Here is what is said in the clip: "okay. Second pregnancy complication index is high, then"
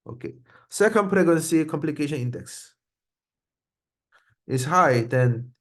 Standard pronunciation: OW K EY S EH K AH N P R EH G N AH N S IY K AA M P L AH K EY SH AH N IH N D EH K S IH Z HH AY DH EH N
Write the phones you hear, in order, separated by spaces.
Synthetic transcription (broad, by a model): OW K EY S EH K AH N P R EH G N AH N S IY K AA M P L AH K EY SH AH N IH N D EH K S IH S HH AY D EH N